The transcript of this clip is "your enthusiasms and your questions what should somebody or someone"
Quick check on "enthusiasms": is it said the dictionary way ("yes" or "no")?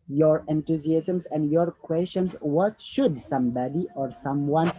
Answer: no